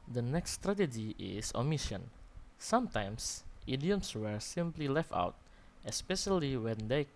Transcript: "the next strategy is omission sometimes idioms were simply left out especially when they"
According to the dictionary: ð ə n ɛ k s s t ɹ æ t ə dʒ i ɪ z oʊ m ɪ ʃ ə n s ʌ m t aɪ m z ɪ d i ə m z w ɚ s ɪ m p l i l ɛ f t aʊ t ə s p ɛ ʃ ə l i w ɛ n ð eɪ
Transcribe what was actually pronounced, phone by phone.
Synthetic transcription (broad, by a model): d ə n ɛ k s s t ɹ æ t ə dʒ i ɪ s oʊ m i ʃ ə n s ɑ m t aɪ m s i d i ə m s w ɚ s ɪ m p l i l ɛ f t aʊ t ə s p ɛ ʃ ə l i w ɛ n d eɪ